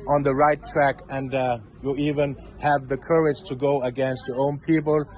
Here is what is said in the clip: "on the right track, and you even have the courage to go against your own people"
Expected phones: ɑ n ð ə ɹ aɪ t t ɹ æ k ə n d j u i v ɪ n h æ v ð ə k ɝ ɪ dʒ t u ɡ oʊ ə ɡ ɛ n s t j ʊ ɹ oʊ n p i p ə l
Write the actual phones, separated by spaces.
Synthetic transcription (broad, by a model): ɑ n ð ə ɹ aɪ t t ɹ æ k ə n d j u i v ɪ n h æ v ð ə k ɝ ɪ dʒ t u ɡ oʊ ə ɡ ɛ n s t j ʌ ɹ oʊ n p i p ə l